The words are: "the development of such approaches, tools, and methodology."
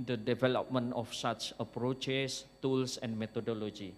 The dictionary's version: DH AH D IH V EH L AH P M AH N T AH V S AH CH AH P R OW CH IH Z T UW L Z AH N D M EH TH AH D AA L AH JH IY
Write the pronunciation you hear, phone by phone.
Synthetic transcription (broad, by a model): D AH D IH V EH L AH P M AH N AH F S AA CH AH P R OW CH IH S T UW L S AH N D M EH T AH D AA L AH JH IY